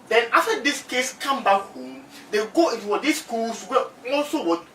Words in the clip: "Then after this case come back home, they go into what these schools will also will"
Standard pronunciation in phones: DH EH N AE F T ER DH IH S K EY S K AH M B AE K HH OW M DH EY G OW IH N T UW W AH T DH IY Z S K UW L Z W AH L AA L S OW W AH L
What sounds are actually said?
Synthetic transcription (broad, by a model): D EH N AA F T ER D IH S K EY S K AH M B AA K HH OW M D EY G OW IH N T UW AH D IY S K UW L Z W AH AA L S OW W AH